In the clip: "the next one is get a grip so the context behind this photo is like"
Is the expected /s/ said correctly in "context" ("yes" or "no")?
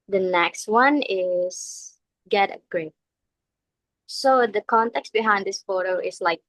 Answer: yes